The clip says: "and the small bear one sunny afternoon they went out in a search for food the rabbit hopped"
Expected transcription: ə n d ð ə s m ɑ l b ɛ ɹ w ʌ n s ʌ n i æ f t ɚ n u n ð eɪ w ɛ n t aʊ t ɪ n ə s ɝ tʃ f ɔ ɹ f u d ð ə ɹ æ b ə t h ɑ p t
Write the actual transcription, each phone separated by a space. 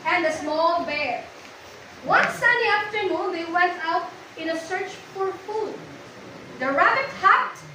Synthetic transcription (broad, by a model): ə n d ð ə s m ɑ l b ɛ ɹ w ʌ n s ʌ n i æ f t ɚ n u n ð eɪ w ɛ n t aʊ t ɪ n ə s ɝ tʃ f ɔ ɹ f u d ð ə ɹ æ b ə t h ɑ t